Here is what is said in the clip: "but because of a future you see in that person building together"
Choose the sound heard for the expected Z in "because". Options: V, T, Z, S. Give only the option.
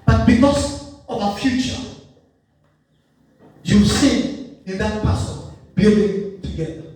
S